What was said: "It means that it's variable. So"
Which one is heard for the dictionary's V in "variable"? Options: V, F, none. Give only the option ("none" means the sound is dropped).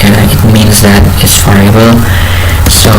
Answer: F